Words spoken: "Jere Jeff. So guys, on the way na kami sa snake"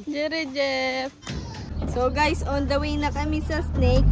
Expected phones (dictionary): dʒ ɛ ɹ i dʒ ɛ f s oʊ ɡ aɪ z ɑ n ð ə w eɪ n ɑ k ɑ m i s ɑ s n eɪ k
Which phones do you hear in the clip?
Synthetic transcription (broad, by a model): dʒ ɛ ɹ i dʒ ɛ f s oʊ ɡ aɪ s ɑ n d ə w eɪ n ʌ k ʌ m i s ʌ s n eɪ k